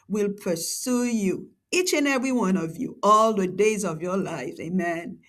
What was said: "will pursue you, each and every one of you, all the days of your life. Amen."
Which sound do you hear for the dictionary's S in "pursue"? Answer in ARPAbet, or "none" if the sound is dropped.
S